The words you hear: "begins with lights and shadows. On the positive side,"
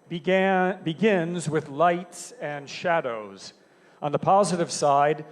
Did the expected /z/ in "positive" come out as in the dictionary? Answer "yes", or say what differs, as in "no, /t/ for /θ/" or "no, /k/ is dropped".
yes